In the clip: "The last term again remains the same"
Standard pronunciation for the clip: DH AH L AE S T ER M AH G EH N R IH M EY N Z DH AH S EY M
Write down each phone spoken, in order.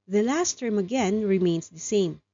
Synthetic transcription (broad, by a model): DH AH L AE S T ER M AH G EH N R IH M EY N S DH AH S EY M